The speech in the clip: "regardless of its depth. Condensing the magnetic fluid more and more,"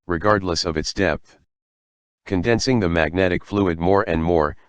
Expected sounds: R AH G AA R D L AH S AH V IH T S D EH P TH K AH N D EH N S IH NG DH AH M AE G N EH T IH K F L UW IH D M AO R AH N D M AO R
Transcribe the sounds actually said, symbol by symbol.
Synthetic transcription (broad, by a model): R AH G AA R D L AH S AH V IH T S D EH P TH K AH N D EH N S IH NG DH AH M AE G N EH T IH K F L UW IH D M AO R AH N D M AO R